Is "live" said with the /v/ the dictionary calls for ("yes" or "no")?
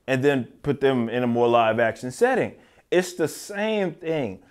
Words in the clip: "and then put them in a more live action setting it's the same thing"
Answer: yes